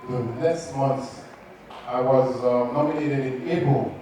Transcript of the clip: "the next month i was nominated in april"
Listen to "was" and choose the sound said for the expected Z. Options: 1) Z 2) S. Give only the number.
1